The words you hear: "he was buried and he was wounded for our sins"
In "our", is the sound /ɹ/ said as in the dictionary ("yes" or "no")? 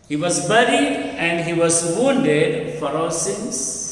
no